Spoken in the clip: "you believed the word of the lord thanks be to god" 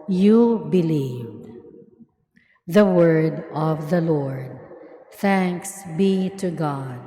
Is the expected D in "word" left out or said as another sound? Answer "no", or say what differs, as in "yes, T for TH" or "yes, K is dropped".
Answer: no